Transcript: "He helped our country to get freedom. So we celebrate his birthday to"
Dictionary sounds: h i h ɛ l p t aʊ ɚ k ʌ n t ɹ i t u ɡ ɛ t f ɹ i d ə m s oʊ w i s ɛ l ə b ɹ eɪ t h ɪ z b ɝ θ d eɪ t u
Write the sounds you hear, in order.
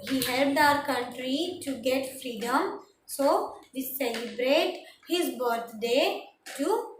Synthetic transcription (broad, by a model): h i h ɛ l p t aʊ ɚ k ʌ n t ɹ i t u ɡ ɛ t f ɹ i d ə m s oʊ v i s ɛ l ə b ɹ eɪ t h ɪ z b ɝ t d eɪ t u